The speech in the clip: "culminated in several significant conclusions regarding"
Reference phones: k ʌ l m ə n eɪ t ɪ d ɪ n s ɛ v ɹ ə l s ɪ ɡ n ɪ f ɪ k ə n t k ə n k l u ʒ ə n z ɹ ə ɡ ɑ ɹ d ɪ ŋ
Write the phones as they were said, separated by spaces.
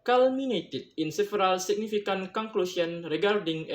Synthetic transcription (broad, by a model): k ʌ l m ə n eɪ t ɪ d ɪ n s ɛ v ɹ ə l s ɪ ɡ n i f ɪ k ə n k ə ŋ k l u s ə n ɹ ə ɡ ɑ ɹ d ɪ ŋ